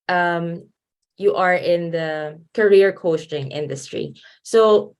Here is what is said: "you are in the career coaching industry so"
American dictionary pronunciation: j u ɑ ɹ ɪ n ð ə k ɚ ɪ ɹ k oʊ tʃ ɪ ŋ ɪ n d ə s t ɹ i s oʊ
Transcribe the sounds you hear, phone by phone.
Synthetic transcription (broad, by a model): j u ɑ ɹ ɪ n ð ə k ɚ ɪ ɹ k oʊ s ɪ ŋ ɪ n d ə s t ɹ i s oʊ